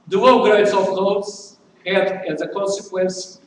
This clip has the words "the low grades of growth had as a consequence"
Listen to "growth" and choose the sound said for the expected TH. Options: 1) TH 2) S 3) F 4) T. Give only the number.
2